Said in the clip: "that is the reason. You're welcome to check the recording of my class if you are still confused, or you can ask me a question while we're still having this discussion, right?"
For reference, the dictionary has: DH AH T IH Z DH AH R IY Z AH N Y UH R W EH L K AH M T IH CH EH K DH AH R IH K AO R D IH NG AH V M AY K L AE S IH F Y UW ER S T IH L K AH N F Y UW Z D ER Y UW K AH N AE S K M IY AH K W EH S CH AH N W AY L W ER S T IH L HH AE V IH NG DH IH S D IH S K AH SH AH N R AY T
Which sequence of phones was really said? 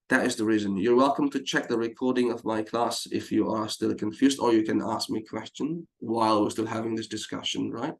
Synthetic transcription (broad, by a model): DH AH T IH Z DH AH R IY Z AH N Y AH R W EH L K AH M T IH CH EH K DH AH R IH K AO R D IH NG AH V M AY K L AE S IH F Y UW ER S T IH L K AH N F Y UW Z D ER Y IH K AH N AE S K M IY AH K W EH S CH AH N W AY L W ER S T IH L HH AE V IH NG DH IH S D IH S K AH SH AH N R AY T